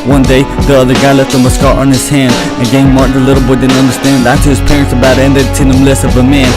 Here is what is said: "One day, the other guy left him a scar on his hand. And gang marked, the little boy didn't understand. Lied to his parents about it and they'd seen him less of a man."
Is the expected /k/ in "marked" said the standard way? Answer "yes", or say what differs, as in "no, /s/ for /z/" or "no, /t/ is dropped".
no, /k/ is dropped